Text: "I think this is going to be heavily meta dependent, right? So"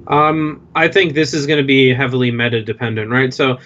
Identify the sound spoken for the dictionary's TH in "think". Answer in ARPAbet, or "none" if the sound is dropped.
TH